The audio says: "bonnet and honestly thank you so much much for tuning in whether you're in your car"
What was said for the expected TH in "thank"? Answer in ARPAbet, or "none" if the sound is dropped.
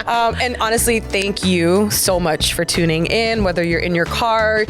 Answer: TH